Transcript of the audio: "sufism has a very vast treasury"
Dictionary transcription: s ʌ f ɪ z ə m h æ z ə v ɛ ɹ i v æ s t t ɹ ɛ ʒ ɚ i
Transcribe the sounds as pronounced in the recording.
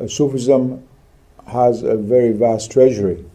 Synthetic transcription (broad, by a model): s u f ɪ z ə m h æ z ə v ɛ ɹ i v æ s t t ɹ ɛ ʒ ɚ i